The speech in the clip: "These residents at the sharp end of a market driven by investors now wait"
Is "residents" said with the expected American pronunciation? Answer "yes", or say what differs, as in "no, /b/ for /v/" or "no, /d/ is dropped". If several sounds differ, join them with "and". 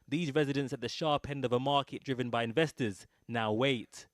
yes